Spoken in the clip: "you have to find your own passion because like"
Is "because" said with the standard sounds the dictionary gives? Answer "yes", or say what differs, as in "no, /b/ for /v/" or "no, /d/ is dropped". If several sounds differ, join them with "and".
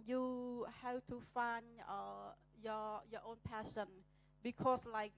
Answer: no, /s/ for /z/